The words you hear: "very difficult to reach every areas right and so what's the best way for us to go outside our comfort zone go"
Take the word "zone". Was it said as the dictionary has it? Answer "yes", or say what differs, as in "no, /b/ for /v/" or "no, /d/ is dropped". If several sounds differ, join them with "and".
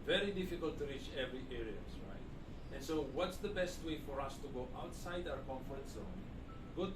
no, /s/ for /z/